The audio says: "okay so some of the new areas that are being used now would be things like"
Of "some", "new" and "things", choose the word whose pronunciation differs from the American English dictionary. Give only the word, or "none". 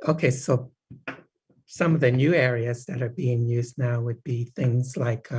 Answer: none